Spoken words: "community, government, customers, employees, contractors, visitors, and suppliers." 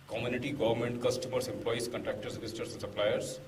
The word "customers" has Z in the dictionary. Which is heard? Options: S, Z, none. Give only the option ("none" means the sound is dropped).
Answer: S